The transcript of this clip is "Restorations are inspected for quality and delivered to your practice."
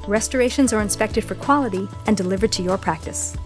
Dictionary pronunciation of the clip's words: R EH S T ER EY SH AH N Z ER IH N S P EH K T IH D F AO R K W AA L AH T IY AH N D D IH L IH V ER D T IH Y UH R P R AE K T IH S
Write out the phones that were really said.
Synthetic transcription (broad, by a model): R EH S T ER EY SH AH N Z ER IH N S P EH K T IH D F AO R K W AA L AH T IY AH N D D IH L IH V ER D T IH Y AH R P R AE K T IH S